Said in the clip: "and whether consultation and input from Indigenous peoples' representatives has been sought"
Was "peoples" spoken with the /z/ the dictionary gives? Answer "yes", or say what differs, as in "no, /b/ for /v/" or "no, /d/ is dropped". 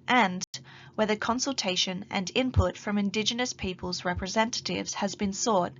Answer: yes